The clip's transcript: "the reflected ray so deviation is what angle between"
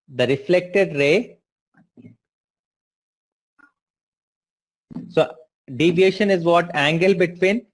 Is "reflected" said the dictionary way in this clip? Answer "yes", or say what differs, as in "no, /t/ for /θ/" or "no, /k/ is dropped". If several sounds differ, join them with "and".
yes